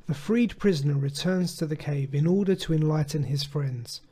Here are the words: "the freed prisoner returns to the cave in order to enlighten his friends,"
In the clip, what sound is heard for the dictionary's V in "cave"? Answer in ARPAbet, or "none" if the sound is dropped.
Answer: V